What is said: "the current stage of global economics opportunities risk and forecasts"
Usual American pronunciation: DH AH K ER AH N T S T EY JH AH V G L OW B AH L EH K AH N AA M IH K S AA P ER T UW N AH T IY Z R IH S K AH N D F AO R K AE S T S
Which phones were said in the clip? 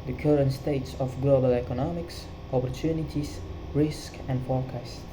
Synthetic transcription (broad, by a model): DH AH K ER AH N T S T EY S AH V G L OW B AH L EH K AH N AA M IH K S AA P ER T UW N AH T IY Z R IH S K AH N D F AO R K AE S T